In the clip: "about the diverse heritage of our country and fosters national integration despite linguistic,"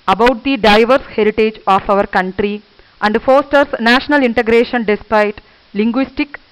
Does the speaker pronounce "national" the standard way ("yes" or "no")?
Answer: yes